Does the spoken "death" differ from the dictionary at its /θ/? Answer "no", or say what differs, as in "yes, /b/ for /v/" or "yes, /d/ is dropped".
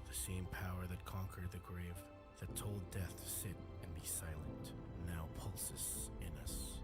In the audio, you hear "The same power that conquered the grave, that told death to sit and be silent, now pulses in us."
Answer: no